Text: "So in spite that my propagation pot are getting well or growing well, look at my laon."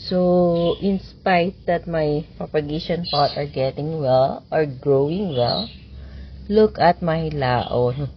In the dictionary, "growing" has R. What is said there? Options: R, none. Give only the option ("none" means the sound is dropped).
R